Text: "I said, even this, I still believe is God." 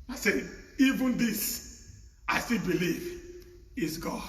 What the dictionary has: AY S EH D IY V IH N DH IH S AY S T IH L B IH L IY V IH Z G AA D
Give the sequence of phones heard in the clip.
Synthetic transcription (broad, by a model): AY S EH IY V IH N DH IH S AY S T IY L B IH L IY V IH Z G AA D